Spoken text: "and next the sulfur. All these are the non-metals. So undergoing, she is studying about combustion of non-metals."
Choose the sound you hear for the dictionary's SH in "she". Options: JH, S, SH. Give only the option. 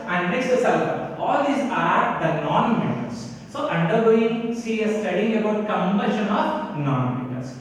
S